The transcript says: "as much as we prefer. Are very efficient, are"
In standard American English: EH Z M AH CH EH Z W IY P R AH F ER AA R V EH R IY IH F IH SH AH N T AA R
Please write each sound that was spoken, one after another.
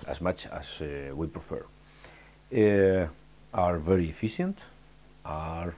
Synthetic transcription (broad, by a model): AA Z M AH CH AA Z W IY P R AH F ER AA R V EH R IY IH F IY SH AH N T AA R